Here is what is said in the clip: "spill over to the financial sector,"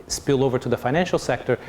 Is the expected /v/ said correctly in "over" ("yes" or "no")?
yes